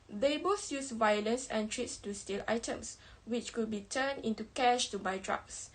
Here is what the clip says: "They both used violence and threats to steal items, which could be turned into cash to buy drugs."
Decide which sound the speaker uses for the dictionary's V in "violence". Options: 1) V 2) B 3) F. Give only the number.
1